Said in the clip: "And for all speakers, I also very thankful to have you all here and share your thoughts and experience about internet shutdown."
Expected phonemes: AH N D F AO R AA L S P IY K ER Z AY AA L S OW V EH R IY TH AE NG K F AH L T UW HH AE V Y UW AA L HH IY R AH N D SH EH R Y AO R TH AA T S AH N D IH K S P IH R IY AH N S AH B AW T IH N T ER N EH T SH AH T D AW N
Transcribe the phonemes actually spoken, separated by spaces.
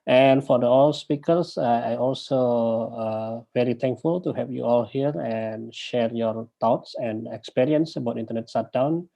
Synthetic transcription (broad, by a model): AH N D F AO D AA L S P IY K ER S AY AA L S OW V EH R IY T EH NG K F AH L T UW HH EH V Y UW AA L HH IY R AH N SH EH R Y AO R T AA T S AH N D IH K S P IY R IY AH N S AH B AW T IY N T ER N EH T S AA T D AW N